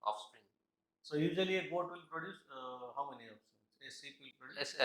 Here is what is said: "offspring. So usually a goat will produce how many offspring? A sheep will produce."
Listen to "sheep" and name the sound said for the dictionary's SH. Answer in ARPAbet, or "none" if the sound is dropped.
S